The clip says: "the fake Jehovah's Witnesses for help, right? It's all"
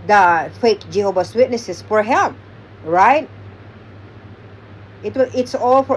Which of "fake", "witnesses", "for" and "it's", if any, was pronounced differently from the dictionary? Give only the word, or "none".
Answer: witnesses